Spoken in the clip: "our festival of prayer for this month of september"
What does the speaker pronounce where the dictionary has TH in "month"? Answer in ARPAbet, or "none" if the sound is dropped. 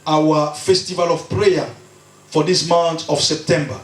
T